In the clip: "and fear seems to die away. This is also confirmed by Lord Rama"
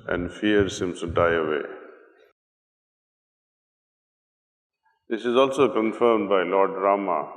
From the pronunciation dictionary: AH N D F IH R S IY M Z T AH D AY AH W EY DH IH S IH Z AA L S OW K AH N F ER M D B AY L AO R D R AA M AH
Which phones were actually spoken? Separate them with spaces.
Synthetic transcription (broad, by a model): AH N D F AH R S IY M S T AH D AY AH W EY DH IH S IH Z AA L S OW K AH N F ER M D B AY L AO R D R AA M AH